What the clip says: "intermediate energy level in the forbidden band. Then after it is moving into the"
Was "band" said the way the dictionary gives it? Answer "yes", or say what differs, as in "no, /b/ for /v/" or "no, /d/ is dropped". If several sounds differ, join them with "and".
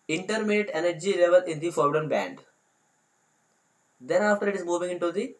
yes